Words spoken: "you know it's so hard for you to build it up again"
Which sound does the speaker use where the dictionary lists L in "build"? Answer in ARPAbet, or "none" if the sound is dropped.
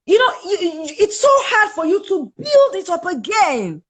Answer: L